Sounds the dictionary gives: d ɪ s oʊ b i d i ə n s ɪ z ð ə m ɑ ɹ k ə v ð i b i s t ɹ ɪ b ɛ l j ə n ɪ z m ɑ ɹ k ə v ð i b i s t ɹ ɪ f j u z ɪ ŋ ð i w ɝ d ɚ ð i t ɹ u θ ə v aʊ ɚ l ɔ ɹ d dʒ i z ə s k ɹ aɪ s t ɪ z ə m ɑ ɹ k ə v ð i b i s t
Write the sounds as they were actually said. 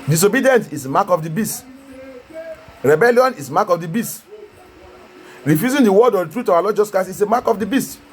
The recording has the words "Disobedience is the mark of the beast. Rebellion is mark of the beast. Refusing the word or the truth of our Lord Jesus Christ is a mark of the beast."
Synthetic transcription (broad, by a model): d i s oʊ b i d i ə n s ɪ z m ɑ k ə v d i b i s t ɹ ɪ b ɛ l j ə n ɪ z m ɑ k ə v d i b i s t ɹ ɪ f j u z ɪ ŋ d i w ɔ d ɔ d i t ɹ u t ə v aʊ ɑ l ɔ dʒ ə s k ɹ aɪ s ɪ s ə m ɑ k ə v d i b i s t